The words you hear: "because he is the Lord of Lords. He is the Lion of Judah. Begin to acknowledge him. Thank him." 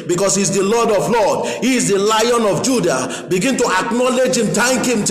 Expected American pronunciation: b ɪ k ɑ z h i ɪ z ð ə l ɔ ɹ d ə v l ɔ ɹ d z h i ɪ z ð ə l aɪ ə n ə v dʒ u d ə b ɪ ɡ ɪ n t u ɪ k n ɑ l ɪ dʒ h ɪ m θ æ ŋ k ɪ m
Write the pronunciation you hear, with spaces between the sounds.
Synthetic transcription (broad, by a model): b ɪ k ɑ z h i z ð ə l ɔ d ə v l ɔ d h i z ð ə l aɪ ə n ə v dʒ u d ə b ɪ ɡ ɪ n t u ɪ k n ɑ l ɪ dʒ h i m t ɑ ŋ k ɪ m